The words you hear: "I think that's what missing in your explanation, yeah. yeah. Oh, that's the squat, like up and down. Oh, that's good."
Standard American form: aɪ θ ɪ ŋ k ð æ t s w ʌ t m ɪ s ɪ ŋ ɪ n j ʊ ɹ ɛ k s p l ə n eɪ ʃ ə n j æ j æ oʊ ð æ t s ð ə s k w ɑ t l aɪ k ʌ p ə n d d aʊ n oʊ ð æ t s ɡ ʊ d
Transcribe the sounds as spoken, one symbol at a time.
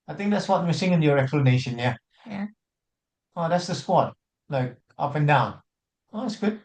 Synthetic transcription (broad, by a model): aɪ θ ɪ ŋ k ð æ t s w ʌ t m ɪ s ɪ ŋ ɪ n j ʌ ɹ ɛ k s p l ə n eɪ ʃ ə n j j æ oʊ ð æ t s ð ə s k w ɑ t l aɪ k ʌ p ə n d d aʊ n oʊ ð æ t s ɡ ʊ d